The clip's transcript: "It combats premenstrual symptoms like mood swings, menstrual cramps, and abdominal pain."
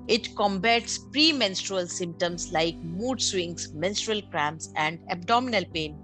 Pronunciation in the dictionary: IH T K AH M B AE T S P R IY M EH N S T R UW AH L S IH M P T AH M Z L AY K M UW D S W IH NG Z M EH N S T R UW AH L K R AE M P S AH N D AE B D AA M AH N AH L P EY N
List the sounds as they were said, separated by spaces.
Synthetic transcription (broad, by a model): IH T K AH M B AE T S P R IY M EH N S T R UW AH L S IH M P T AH M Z L AY K M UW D S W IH NG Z M EH N S T R UW AH L K R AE M S AH N D AE B D AA M AH N AH L P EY N